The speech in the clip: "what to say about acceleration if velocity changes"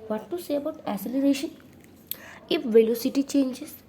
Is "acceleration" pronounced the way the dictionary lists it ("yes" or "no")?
no